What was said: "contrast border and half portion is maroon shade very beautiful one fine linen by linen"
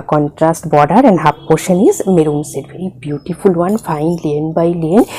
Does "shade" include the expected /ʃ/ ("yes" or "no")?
no